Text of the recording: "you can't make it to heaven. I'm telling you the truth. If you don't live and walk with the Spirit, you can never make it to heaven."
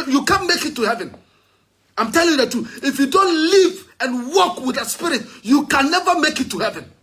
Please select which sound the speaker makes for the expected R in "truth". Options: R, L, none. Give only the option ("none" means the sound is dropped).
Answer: none